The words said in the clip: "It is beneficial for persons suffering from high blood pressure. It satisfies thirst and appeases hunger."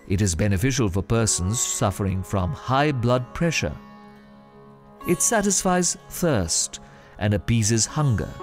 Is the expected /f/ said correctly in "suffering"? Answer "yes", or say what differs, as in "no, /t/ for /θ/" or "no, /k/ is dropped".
yes